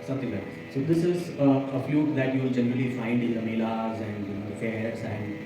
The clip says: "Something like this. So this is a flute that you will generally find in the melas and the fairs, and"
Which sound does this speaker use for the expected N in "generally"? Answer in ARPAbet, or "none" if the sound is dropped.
N